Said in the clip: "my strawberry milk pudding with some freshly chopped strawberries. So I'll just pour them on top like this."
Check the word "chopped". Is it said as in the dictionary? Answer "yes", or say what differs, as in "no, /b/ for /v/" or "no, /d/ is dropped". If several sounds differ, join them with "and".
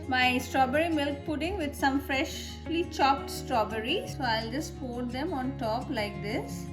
yes